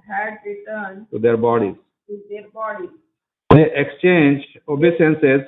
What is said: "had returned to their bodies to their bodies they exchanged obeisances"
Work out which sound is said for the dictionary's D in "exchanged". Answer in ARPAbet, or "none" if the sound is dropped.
none